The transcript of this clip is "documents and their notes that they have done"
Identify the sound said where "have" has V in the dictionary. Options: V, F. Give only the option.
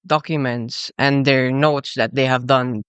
V